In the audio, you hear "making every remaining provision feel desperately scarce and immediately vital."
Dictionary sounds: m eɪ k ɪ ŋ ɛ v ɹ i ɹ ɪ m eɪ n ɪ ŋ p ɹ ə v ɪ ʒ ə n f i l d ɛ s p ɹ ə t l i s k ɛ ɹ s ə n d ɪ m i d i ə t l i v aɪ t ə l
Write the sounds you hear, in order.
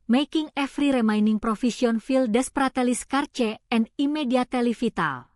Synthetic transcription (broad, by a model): m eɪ k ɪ ŋ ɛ f ɹ i ɹ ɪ m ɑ n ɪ ŋ p ɹ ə f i s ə n f i l d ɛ s p ɹ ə t l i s k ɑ ɹ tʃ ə n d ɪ m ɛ d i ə t l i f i t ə l